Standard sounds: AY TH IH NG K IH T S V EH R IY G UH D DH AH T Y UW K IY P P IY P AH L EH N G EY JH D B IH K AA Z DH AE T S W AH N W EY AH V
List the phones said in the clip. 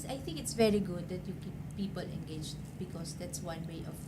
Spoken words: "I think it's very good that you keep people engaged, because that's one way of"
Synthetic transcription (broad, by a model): AY TH IH NG K IH T S V EH R IY G UH D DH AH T Y UW K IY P P IY P AH L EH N G EY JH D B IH K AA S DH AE T S W AH N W EY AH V